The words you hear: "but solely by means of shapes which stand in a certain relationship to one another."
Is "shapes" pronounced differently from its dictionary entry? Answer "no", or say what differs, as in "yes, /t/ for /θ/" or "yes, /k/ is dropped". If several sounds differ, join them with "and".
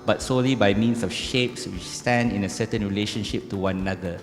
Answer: no